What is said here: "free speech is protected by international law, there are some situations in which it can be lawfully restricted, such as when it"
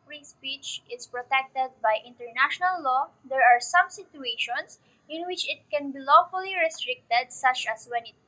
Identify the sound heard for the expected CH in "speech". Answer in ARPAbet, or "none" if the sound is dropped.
CH